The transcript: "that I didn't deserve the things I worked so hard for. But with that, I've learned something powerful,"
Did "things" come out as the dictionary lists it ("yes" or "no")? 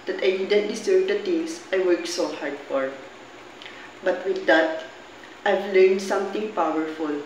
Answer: no